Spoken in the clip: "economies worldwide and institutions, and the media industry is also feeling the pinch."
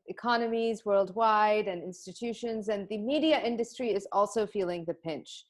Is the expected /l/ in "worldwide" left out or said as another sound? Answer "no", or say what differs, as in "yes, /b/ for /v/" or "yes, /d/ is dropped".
no